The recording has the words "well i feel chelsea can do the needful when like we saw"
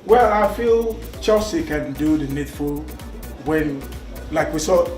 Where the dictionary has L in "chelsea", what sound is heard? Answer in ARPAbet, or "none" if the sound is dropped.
none